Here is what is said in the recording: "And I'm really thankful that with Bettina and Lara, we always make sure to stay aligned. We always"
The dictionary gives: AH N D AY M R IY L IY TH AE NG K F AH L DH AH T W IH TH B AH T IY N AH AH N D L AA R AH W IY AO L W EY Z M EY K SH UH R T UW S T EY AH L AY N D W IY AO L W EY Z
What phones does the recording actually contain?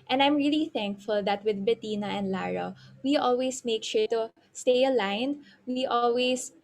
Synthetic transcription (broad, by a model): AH N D AY M R IY L IY TH AE NG K F AH L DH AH T W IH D B AH T IY N AH AH N D L AA R AH W IY AO L W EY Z M EY K SH UH R T UW S T EY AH L AY N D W IY AO L W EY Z